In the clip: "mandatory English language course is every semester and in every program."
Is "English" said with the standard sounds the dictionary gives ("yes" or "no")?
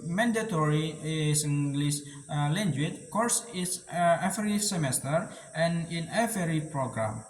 no